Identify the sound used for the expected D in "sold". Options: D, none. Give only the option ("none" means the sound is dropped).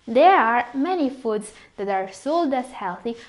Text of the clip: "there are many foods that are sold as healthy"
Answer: D